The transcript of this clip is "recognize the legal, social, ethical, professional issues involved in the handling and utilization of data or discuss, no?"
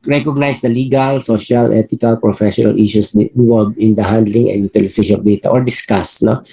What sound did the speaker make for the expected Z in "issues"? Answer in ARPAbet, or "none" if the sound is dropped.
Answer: S